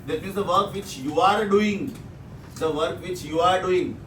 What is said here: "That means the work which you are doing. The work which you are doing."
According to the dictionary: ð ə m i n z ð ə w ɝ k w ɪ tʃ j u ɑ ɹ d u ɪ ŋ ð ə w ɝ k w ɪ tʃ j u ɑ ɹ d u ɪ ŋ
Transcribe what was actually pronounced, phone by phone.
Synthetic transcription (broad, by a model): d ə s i z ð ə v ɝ k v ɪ tʃ j u ɑ ɹ d u ɪ ŋ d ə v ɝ k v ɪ tʃ j u ɑ ɹ d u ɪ ŋ